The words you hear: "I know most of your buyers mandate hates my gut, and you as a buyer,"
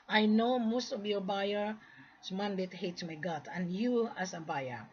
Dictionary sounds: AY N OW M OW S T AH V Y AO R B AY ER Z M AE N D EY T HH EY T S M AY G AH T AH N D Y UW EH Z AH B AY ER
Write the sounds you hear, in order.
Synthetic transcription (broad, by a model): AY N OW M OW S T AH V Y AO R B AY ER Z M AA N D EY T HH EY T M AY G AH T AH N Y UW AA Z AH B AY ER